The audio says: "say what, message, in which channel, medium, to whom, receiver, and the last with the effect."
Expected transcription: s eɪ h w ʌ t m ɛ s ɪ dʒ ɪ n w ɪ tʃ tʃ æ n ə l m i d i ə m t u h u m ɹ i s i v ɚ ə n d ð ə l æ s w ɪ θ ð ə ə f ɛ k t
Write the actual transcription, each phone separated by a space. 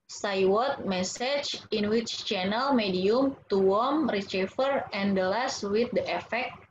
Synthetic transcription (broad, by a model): s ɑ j w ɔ t m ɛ s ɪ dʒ ɪ n w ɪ tʃ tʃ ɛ n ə l m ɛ d i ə m t u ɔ m ɹ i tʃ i f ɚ ə n d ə l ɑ s w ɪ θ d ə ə f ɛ k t